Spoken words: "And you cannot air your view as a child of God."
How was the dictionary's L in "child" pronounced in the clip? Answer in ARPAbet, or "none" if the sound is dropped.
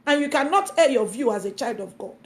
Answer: L